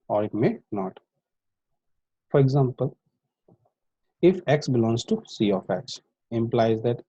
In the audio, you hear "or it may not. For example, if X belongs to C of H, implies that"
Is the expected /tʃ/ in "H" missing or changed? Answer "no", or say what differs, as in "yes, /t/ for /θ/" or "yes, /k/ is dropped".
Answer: yes, /s/ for /tʃ/